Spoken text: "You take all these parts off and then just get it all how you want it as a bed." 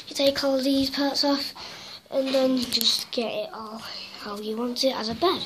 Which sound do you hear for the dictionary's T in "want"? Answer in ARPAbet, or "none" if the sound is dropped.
T